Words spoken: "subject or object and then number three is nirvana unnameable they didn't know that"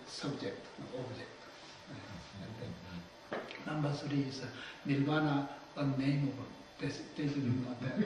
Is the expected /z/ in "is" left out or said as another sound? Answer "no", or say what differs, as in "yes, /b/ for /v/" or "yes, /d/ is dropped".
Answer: yes, /s/ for /z/